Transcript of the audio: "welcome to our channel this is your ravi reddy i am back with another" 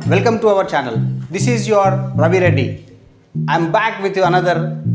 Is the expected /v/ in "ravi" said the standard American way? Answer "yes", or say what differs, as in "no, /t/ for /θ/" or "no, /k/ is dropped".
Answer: no, /b/ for /v/